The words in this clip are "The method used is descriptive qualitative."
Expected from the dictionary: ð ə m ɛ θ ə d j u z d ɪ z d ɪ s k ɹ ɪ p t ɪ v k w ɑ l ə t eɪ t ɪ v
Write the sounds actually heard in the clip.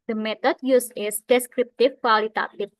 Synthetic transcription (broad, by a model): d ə m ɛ t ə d j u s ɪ s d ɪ s k ɹ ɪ p t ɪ f k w ɑ l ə t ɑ t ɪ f